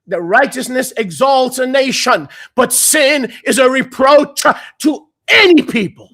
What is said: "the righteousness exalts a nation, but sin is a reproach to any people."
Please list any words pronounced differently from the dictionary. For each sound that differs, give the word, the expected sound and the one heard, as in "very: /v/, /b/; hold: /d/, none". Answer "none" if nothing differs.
none